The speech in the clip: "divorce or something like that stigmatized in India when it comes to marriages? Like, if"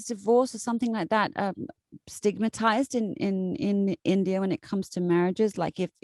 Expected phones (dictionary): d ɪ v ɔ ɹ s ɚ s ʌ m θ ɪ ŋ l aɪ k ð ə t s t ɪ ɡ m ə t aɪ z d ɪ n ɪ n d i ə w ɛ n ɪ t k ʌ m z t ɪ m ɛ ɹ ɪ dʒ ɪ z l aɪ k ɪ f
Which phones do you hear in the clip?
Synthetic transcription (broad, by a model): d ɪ v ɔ ɹ s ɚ s ʌ m θ ɪ ŋ l aɪ k ð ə t s t ɪ ɡ m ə t aɪ z d ɪ n ɪ n d i ə w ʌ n ɪ t k ʌ m z t ɪ m ɛ ɹ ɪ dʒ ɪ z l aɪ k ɪ f